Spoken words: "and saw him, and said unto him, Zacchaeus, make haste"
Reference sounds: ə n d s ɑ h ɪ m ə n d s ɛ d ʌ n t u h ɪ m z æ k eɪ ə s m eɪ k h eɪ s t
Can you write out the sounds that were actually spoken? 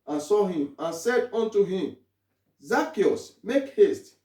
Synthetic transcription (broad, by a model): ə n s ɑ h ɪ m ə n s ɛ d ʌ n t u h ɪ m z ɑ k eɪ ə s m eɪ k h eɪ s t